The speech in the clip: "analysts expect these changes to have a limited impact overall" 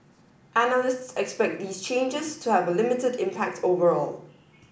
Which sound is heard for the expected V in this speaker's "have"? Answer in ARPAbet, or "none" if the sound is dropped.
V